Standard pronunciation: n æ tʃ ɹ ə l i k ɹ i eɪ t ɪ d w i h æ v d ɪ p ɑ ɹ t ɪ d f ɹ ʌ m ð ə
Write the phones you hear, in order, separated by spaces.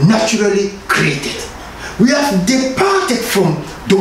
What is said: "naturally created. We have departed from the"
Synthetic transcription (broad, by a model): n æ tʃ ɹ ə l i k ɹ i eɪ t ɪ d w i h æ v d ɪ p ɑ ɹ t ɪ d f ɹ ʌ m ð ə